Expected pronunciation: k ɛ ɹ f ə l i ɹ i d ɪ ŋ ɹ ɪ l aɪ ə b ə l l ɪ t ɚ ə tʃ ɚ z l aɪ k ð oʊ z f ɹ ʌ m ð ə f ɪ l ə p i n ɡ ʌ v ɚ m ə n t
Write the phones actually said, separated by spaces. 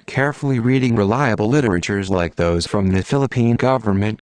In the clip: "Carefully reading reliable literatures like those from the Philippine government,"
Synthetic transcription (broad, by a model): k ɛ ɹ f l i ɹ i d ɪ ŋ ɹ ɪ l aɪ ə b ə l l ɪ t ɚ ə tʃ ɚ z l aɪ k ð oʊ z f ɹ ʌ m ð ə f ɪ l ə p i n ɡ ʌ v ɚ m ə n t